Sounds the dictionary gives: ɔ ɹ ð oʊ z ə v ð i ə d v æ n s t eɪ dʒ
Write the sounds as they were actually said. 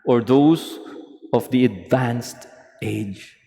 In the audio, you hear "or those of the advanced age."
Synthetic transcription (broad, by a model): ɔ ɹ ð oʊ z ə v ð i ə d v æ n s t eɪ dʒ